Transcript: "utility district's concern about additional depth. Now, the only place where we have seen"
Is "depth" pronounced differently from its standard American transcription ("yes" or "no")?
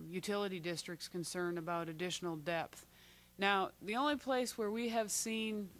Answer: no